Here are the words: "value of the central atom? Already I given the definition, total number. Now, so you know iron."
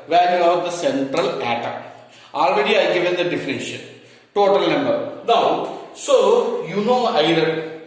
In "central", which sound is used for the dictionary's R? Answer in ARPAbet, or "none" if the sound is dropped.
R